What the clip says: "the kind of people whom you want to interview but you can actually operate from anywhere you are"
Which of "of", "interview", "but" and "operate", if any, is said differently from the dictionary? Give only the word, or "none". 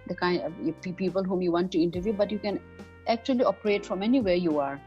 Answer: of